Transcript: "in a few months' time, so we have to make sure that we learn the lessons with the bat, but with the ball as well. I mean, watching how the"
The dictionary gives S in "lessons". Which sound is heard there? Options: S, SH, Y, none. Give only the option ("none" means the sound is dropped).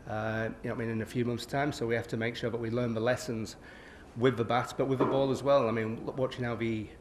S